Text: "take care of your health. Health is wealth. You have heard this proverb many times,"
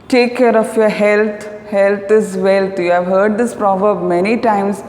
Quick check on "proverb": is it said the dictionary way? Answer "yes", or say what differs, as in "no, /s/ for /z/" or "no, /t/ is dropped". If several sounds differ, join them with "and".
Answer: yes